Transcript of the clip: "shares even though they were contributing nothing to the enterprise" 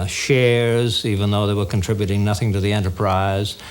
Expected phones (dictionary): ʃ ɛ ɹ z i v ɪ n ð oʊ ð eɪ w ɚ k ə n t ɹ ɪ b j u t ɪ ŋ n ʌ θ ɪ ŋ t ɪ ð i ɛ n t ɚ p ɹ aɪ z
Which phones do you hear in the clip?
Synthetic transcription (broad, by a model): ʃ ɛ ɹ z i v ɪ n ð oʊ ð eɪ w ɚ k n t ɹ ɪ b j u t ɪ ŋ n ʌ θ ɪ ŋ t ɪ ð i ɛ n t ɚ p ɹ aɪ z